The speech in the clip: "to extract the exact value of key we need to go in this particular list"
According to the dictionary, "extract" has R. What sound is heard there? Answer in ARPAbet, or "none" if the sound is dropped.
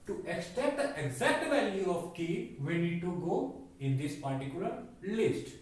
none